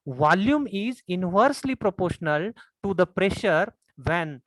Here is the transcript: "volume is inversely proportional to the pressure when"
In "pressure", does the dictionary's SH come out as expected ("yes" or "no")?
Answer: yes